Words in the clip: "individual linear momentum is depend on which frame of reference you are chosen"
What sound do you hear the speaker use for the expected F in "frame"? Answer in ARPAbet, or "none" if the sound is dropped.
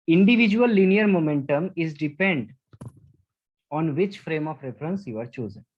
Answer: F